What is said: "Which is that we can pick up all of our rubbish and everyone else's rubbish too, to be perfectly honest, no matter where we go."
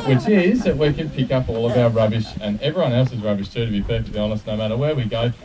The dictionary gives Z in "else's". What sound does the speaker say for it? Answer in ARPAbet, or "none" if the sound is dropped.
Z